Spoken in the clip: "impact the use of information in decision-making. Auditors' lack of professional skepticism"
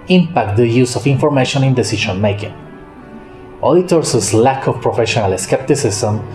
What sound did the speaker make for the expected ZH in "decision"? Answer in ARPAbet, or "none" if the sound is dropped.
SH